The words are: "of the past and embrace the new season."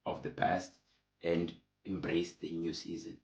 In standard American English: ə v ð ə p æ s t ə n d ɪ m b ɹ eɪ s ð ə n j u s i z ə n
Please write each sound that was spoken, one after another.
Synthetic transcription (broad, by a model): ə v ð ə p æ s t ə n d ɪ m b ɹ eɪ s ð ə n j u s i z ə n